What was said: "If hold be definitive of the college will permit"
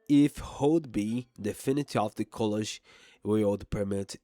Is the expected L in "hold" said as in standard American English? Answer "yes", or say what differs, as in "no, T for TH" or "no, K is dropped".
no, L is dropped